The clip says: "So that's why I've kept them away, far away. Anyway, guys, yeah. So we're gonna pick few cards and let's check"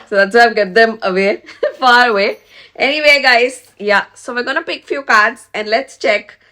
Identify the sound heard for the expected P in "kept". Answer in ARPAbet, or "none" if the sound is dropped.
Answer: none